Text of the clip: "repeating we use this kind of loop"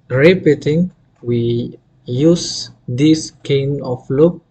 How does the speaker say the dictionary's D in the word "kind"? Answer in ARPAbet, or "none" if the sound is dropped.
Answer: none